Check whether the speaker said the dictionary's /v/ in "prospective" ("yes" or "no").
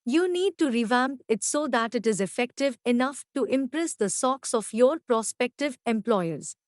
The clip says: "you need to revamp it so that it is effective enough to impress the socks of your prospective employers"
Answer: yes